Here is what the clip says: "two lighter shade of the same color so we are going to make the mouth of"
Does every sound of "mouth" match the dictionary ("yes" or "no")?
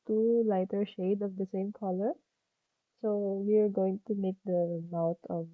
no